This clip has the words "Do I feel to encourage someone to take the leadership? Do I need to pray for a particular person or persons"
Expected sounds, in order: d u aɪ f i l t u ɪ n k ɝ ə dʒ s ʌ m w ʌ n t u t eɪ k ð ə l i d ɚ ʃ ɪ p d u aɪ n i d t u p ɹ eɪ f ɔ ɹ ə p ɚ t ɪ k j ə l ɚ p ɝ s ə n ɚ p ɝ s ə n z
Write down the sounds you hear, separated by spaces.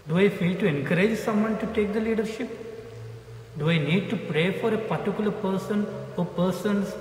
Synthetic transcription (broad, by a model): d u aɪ f i l t u ɪ n k ɝ ə dʒ s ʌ m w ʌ n t u t eɪ k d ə l i d ɚ ʃ ɪ p d u aɪ n i d t u p ɹ eɪ f ɔ ɹ ə p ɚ t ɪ k j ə l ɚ p ɝ s ə n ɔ p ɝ s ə n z